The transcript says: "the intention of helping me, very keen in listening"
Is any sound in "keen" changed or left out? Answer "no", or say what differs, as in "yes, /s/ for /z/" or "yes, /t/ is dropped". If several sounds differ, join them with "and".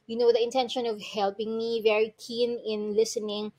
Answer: no